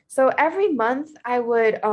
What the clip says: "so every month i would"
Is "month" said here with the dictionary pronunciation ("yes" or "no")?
yes